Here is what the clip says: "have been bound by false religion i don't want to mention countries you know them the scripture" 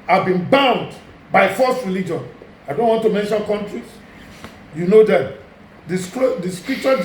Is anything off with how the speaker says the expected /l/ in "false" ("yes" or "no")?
yes